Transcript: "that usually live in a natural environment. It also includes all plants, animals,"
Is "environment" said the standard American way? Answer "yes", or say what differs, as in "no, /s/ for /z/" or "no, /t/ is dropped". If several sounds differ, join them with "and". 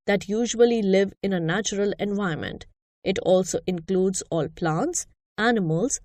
no, /ɹ/ is dropped